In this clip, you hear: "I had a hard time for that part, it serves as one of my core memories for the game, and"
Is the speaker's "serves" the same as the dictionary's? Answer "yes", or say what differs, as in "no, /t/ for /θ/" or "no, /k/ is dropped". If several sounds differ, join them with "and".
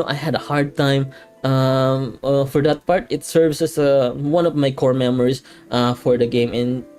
no, /s/ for /z/